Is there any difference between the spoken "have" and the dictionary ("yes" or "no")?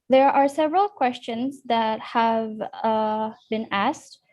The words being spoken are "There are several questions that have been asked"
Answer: no